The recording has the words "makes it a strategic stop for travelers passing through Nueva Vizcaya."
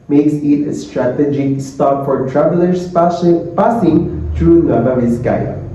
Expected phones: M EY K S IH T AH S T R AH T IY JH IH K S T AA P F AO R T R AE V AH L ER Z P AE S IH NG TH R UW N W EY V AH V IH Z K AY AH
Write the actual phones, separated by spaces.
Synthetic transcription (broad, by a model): M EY K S IH T AH S T R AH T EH JH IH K S T AA P F AO R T R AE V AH L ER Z P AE S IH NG T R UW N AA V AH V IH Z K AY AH